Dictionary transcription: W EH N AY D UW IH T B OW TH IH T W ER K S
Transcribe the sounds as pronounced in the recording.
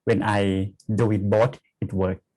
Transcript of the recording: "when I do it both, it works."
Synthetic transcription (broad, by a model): W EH N AY D UW IH T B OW T IH T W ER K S